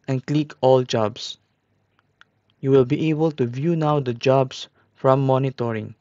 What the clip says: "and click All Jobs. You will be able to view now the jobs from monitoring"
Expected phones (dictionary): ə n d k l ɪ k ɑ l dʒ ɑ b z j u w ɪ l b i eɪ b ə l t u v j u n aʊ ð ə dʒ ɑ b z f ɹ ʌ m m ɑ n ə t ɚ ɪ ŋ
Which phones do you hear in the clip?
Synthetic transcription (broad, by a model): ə n k l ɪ k ɑ l dʒ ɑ b s j u w ɪ l b i eɪ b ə l t u v j u n aʊ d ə dʒ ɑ b s f ɹ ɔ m m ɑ n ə t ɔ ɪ ŋ